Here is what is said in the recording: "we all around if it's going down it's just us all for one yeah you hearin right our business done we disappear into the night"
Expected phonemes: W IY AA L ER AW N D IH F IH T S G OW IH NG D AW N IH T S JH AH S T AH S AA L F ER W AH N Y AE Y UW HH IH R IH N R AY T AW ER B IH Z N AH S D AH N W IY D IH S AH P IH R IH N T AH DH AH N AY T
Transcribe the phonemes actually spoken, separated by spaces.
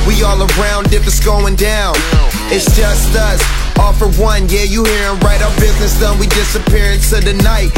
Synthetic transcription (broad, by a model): W IY AA L ER AW N D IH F IH T S G OW IH NG D AW N IH T S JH AH S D AH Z AA F ER W AH N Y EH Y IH HH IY R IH N R AY T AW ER B IH Z N AH S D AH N W IY D IH S AH P IH R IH N S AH DH AH N AY T